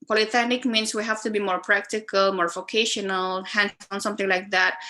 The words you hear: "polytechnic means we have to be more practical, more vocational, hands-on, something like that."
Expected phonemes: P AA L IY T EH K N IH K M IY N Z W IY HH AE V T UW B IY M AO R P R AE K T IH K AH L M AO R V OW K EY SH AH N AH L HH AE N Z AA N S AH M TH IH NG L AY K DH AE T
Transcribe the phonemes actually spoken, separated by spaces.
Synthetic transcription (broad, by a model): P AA L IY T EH N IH K M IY N S W IY HH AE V T UW B IY M AO R P R AE K T IH K AH L M AO R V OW K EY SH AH N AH L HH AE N AA N S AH M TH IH NG L AY K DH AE T